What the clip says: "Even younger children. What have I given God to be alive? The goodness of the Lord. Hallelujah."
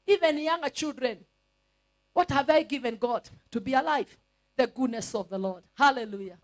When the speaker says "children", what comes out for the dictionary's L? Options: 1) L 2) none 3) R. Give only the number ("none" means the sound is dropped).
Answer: 1